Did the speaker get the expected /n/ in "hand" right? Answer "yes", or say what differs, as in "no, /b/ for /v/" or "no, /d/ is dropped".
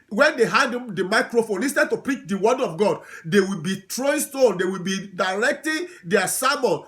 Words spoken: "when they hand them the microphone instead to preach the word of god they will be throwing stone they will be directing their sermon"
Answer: no, /n/ is dropped